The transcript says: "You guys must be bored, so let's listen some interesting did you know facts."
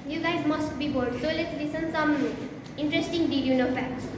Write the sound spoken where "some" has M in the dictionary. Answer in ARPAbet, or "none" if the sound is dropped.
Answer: M